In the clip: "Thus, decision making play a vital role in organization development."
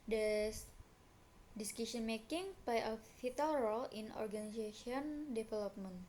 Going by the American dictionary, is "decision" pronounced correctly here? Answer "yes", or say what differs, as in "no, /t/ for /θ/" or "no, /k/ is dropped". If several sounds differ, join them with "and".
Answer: no, /s/ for /ʒ/